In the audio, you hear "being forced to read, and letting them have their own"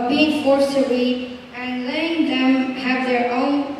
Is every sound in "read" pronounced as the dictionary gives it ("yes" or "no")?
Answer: no